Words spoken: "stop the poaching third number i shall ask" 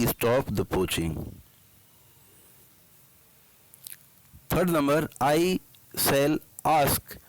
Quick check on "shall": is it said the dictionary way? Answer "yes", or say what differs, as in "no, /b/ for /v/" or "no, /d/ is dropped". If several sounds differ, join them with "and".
no, /s/ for /ʃ/